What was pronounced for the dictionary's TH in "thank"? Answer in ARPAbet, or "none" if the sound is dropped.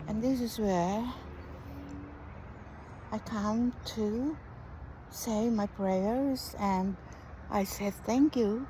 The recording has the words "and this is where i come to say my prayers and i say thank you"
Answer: TH